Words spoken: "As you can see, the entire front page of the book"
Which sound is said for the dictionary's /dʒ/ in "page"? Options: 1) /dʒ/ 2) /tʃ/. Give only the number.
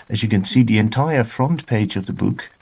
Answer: 1